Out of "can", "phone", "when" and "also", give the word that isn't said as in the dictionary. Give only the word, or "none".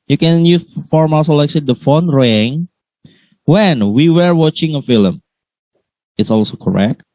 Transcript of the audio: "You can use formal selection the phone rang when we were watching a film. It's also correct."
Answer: none